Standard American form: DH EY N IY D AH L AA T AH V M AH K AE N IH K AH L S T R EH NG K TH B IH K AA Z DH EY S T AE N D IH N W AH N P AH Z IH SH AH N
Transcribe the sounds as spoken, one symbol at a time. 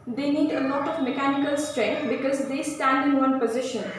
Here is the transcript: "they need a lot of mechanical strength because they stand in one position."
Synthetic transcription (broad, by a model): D EY N IY D AH L AA T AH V M AH K AE N IH K AH L S T R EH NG K T B IH K AA Z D EY S T AE N D IH N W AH N P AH Z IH SH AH N